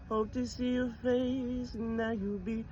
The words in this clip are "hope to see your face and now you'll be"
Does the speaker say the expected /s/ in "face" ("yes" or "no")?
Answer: no